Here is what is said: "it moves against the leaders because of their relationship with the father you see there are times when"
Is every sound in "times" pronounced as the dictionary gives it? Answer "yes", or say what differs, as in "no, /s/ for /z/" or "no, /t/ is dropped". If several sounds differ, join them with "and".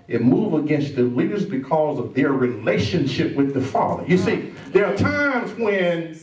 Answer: yes